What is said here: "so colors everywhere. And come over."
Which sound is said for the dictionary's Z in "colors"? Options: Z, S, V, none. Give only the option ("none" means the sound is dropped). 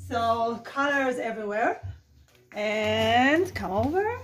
Z